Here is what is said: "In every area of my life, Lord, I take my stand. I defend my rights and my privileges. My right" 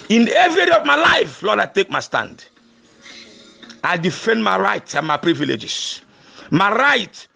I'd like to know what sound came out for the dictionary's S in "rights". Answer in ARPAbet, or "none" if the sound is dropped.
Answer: none